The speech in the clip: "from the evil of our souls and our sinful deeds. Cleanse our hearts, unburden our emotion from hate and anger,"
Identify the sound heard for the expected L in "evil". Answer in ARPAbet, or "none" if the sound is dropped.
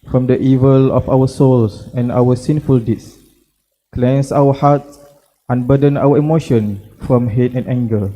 L